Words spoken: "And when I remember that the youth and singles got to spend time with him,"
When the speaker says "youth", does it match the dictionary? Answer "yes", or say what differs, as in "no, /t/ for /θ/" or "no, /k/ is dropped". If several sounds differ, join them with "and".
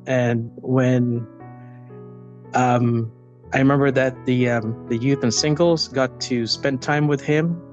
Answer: yes